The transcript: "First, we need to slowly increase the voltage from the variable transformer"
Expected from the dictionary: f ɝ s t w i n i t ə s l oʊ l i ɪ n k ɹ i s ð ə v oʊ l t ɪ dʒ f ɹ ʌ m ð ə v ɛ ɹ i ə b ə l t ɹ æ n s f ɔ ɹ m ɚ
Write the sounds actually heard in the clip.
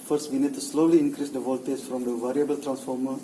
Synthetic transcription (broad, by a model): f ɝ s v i n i t ə s l oʊ l i ɪ n k ɹ i s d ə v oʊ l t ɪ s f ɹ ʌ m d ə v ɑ ɹ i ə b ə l t ɹ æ n s f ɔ ɹ m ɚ